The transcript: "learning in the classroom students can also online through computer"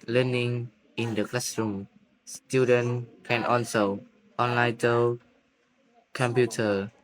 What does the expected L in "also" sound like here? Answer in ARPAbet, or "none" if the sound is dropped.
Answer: N